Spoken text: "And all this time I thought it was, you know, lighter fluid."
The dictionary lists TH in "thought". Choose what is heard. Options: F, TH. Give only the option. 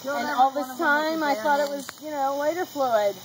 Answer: TH